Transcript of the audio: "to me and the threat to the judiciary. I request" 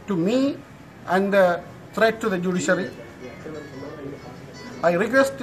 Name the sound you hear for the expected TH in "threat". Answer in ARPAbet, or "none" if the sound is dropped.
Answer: T